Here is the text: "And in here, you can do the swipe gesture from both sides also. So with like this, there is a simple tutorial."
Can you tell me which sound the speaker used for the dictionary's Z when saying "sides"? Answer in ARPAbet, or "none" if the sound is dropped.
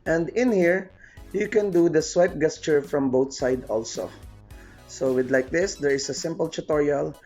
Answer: none